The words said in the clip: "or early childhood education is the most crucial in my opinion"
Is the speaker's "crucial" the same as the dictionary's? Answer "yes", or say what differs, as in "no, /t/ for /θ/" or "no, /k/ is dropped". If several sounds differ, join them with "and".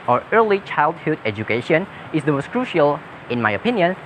yes